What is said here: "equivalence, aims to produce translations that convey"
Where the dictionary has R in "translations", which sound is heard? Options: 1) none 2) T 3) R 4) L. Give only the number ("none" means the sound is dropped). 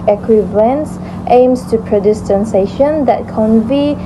1